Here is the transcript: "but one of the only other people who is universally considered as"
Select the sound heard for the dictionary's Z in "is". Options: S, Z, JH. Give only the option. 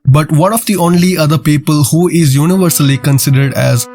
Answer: Z